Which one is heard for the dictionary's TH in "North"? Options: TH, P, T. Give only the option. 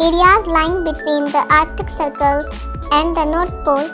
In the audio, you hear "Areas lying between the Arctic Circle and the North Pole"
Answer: T